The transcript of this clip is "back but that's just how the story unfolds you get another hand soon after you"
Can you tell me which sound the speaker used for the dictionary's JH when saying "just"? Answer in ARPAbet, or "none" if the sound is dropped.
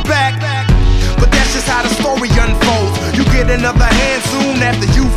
ZH